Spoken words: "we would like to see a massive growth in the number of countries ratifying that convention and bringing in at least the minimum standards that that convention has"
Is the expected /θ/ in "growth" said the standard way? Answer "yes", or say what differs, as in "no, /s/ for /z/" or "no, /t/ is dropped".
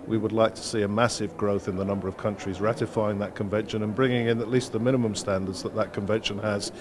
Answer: yes